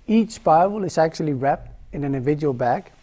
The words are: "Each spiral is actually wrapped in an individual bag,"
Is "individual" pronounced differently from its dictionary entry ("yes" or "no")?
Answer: no